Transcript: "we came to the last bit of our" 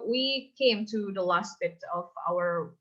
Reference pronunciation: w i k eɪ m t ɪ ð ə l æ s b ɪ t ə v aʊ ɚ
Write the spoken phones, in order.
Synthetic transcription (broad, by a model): w i k eɪ m t ɪ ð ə l æ s b ɪ t ə v aʊ ɚ